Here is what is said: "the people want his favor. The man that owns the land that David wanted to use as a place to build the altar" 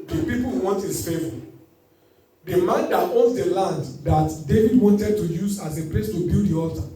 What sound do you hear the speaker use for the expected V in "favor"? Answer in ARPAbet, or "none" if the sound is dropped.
F